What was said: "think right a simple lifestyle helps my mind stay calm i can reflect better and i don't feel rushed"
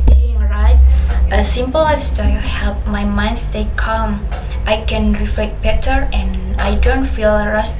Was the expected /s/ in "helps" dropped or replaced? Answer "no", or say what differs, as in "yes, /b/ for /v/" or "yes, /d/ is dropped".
yes, /s/ is dropped